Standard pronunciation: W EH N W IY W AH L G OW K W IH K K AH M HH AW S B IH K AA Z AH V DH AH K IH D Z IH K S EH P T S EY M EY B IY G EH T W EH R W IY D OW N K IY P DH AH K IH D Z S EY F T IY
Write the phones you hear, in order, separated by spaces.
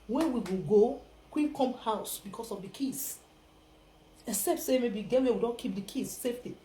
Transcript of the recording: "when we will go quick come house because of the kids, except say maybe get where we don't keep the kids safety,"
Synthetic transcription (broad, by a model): W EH N W IY W AH L G OW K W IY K K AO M HH AW S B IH K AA S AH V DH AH K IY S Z IH K S EH P T S EY M EY B IY G EH T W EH W IY D OW N K IY P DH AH K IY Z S EY F T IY